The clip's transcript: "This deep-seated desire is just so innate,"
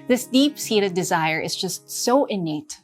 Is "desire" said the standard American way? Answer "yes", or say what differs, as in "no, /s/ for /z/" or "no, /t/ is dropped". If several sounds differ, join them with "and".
yes